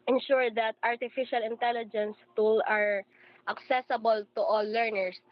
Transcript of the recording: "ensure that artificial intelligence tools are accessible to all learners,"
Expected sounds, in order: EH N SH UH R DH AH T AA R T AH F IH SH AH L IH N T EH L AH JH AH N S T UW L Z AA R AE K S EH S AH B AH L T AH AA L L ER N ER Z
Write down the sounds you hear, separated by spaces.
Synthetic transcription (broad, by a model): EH N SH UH R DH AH T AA R T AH F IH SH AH L IH N T EH L AH JH AH N S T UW L AA R AE K S EH S AH B AH L T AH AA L L ER N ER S